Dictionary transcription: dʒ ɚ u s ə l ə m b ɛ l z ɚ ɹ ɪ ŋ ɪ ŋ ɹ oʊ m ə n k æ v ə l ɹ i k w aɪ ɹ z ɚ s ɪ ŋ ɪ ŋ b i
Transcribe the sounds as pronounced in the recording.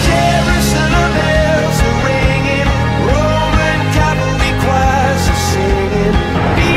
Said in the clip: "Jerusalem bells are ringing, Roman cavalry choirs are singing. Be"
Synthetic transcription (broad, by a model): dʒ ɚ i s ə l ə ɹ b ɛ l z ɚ ɹ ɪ ŋ ɪ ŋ ɹ oʊ m ə n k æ p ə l i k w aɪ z ɚ s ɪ ŋ ɪ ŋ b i